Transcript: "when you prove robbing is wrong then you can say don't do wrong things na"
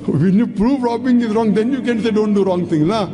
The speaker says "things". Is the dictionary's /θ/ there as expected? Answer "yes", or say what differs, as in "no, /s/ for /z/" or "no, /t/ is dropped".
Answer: no, /t/ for /θ/